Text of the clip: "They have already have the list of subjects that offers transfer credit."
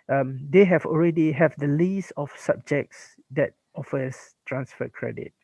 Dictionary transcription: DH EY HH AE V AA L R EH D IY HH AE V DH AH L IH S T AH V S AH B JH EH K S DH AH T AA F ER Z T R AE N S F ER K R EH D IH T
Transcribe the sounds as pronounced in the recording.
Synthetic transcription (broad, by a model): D EY HH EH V AA L R EH D IY HH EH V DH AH L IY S AH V S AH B JH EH K S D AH T AA F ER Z T R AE N S F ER K R EH D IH T